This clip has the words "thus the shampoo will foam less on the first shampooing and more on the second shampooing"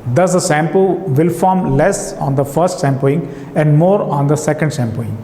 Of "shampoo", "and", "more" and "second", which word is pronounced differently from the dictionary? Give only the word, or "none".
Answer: shampoo